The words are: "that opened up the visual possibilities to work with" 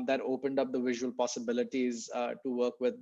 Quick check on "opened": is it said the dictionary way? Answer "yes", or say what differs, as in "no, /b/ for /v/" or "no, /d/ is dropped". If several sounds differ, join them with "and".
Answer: yes